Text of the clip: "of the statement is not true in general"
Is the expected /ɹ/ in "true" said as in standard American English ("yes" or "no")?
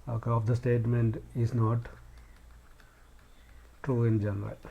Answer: yes